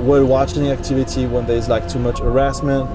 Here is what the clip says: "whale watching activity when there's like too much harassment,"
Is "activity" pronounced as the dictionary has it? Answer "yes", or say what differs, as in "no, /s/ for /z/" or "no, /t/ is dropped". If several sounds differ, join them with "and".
yes